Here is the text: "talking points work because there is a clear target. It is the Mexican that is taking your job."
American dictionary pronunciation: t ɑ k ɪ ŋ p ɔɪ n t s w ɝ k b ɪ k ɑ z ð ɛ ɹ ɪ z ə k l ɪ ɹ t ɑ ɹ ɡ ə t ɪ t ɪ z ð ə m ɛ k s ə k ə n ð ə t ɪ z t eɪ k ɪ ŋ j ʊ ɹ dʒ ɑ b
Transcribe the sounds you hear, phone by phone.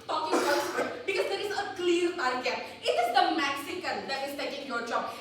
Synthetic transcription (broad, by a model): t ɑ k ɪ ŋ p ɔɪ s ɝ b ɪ k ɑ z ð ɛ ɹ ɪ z ə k l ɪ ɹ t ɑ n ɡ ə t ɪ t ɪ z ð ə m ɛ k s ə k ə n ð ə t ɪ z t eɪ k ɪ ŋ j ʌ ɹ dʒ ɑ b